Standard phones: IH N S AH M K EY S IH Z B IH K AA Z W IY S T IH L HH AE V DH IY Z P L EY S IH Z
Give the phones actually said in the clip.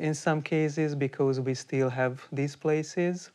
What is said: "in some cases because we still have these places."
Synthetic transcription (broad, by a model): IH N S AH M K EY S IH Z B IH K AA Z W IY S T IH L HH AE V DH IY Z P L EY S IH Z